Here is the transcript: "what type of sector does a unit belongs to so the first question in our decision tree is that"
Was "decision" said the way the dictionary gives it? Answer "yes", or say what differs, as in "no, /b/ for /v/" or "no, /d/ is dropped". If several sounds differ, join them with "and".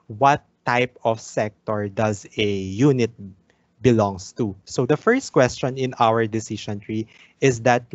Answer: no, /ʃ/ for /ʒ/